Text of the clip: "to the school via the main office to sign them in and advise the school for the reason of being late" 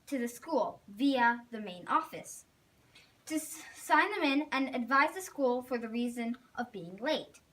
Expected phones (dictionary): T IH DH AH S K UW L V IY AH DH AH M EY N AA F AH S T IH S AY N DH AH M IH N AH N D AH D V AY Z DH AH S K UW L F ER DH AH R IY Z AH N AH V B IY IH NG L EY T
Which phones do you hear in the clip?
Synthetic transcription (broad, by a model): T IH DH AH S K UW L V IY AH DH AH M EY N AA F AH S T IH S AY N DH AH M IH N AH N AH D V AY Z DH AH S K UW L F ER DH AH R IY Z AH N AH V B IY IH NG L EY T